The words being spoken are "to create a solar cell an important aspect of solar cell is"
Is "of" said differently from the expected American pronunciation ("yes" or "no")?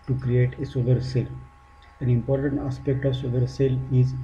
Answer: no